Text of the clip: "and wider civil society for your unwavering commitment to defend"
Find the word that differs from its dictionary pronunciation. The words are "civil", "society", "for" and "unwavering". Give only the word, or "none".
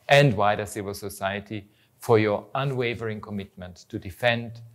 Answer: none